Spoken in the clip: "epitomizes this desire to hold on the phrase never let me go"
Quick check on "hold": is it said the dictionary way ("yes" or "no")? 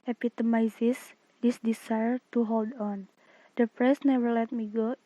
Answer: yes